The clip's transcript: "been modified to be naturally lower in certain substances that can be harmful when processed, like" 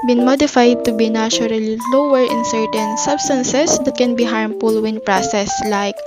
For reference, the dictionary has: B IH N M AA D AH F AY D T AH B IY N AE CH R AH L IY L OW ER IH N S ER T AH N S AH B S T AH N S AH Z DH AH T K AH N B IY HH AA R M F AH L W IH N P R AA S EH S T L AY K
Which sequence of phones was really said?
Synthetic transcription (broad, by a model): B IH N M AA D AH F AY D T AH B IY N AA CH R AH L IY L OW ER IH N S ER T AH N S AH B S T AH N S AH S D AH T K AH N B IY HH AA R M F AH L W IH N P R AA S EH S L AY K